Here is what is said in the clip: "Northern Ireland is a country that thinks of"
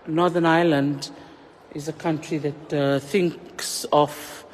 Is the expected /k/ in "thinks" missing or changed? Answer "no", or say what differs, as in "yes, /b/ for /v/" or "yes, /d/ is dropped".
no